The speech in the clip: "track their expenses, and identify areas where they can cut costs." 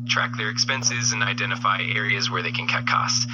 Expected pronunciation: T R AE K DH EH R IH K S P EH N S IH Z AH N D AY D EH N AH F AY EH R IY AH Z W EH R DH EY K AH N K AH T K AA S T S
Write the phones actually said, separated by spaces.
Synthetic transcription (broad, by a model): T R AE K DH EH R IH K S P EH N S IH Z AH N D AY D EH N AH F AY EH R IY AH Z W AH R DH EY K AH N K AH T K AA S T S